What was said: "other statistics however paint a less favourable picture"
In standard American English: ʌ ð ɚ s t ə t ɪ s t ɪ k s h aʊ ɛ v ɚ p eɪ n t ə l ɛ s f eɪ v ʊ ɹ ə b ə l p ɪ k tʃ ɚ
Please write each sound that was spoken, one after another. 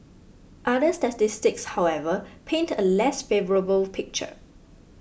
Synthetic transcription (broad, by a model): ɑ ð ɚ s t ə t ɪ s t ɪ k s h aʊ ɛ v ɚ p eɪ n t ə l ɛ s f eɪ v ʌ ɹ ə b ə l p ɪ k tʃ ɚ